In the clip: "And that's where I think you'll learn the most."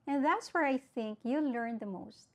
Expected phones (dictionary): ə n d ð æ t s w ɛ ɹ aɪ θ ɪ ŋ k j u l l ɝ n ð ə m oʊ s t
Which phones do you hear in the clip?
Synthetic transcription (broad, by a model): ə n ð æ t s w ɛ ɹ aɪ θ ɪ ŋ k j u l l ɝ n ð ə m oʊ s t